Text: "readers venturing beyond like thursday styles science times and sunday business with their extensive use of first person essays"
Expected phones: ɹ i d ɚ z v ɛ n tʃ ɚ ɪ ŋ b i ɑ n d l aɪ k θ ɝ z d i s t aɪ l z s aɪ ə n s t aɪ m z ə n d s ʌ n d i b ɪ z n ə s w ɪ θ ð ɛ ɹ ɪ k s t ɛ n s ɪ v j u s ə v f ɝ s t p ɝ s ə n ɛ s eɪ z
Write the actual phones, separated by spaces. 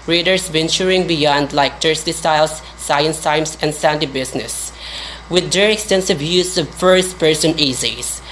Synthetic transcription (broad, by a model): ɹ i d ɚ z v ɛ n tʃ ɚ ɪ ŋ b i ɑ n d l aɪ k t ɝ s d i s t aɪ l s aɪ ə n s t aɪ m s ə n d s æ n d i b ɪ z n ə s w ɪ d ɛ ɹ ɪ k s t ɛ n s ɪ v j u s ə v f ɝ s t p ɝ s ə n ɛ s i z